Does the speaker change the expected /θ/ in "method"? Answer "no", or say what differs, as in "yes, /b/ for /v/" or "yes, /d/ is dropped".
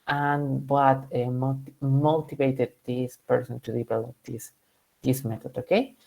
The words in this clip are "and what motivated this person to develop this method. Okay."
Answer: yes, /t/ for /θ/